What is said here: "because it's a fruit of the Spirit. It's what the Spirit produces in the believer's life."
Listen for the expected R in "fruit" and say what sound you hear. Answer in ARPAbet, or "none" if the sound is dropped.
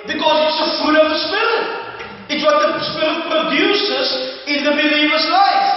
none